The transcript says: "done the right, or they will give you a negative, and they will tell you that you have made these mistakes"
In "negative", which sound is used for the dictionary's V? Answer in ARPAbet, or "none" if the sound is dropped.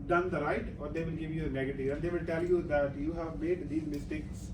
none